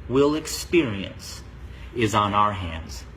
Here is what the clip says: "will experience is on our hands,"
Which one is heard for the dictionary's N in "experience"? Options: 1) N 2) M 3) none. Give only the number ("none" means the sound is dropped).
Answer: 1